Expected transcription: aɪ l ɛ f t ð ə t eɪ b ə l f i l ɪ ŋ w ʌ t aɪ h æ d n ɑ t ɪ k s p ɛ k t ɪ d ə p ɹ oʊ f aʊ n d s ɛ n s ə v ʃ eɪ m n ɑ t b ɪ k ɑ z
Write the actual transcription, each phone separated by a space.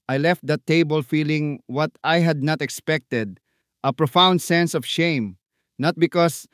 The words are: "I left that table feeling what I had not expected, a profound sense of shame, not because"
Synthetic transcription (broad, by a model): aɪ l ɛ f t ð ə t eɪ b ə l f i l ɪ ŋ w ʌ t aɪ h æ d n ɑ t ɪ k s p ɛ k t ɪ d ə p ɹ oʊ f aʊ n d s ɛ n s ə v ʃ eɪ m n ɑ t b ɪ k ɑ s